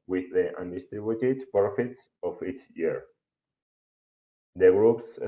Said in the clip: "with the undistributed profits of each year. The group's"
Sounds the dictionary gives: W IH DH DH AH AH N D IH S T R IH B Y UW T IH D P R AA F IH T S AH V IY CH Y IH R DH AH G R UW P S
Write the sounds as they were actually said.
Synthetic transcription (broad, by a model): W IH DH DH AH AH N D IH S T R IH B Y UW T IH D P R AA F IH T S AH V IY S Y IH R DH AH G R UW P S